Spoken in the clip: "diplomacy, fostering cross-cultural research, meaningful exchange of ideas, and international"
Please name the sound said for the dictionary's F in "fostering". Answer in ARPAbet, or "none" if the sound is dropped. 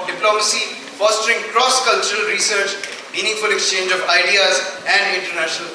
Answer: F